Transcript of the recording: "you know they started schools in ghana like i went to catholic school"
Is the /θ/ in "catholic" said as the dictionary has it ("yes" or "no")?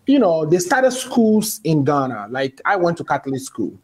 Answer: no